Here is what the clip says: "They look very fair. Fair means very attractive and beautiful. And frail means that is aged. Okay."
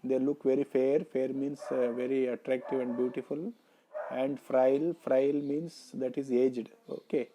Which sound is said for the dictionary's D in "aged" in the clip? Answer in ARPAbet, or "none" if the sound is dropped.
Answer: D